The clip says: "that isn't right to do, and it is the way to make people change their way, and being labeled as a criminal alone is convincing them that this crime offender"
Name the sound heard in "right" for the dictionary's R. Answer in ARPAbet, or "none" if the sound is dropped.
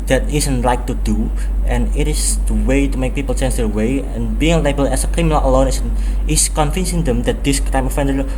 L